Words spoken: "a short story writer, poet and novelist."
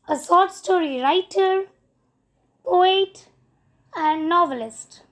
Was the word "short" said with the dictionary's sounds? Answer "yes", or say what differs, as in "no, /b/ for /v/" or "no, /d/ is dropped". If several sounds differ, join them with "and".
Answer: no, /s/ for /ʃ/